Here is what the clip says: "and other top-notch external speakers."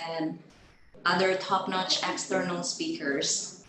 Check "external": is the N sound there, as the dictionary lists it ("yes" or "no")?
yes